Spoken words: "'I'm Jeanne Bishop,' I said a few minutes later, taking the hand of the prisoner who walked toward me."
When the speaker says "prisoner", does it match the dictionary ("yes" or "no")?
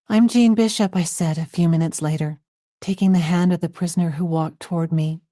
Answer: yes